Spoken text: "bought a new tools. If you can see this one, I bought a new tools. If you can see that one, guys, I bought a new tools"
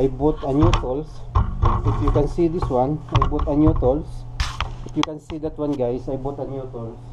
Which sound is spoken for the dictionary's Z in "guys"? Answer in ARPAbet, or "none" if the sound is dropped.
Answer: S